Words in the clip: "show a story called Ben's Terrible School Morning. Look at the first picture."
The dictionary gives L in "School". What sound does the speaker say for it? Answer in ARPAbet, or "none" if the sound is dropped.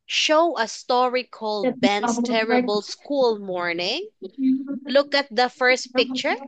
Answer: L